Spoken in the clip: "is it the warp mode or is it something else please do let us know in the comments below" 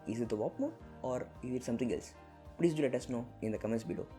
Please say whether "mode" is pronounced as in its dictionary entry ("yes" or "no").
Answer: no